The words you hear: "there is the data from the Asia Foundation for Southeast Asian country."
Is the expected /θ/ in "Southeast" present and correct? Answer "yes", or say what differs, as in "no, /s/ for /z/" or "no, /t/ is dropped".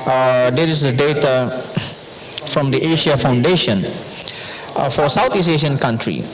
no, /t/ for /θ/